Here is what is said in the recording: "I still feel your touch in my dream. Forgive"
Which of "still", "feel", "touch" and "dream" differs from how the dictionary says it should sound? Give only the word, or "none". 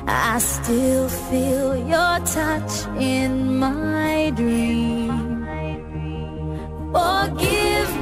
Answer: none